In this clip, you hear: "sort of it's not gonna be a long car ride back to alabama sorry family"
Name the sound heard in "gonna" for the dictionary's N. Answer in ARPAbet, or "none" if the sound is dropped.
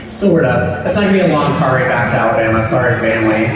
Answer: none